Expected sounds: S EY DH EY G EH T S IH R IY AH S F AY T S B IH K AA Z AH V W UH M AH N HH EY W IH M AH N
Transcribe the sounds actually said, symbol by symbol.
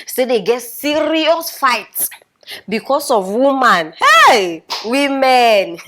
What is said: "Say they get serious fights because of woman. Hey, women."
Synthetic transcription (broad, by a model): S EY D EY G EH T S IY R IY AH S F AY T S B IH K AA S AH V W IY M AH N HH EY W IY M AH N